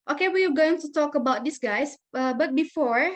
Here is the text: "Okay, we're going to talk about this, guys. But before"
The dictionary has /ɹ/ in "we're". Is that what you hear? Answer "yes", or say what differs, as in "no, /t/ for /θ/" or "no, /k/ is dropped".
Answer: no, /w/ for /ɹ/